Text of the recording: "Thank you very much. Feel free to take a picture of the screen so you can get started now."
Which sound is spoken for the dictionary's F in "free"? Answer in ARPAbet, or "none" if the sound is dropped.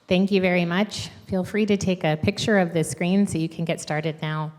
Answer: F